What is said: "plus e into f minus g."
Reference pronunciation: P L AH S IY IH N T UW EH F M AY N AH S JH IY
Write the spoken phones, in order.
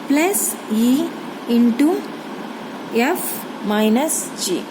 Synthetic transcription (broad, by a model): P L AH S IY IH N T UW EH F M AY N AH S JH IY